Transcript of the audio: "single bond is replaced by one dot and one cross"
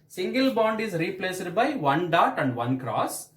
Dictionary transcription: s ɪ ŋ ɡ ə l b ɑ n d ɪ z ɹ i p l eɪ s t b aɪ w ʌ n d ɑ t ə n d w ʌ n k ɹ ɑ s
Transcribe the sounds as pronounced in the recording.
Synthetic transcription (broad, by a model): s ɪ ŋ ɡ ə l b ɑ n d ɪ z ɹ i p l eɪ s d b aɪ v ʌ n d ɑ t ə n d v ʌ n k ɹ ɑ s